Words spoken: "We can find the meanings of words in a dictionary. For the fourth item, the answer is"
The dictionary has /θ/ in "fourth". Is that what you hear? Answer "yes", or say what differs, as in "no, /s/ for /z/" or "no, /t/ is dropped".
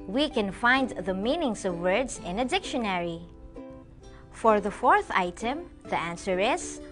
yes